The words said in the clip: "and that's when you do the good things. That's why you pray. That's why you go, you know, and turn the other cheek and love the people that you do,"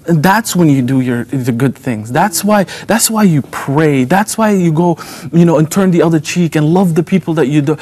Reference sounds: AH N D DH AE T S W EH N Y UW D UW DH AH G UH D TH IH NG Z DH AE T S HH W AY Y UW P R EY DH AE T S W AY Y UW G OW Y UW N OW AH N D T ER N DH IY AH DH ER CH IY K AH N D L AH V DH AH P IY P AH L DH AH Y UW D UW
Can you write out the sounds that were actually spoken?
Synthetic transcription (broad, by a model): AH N DH AE T S W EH N Y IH D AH DH AH G UH D TH IH NG Z DH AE T S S W AY Y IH P R EY DH AE T S W AY Y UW G OW Y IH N OW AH N T ER N DH IY AH DH ER CH IY K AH N L AH V DH AH P IY P L DH AH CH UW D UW